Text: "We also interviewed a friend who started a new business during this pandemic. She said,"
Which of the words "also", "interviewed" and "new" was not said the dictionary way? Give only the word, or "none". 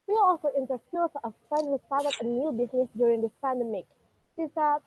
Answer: interviewed